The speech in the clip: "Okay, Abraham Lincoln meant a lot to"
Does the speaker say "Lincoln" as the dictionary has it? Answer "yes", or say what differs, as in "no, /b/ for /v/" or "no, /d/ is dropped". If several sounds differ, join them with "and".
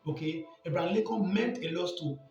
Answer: no, /ŋ/ is dropped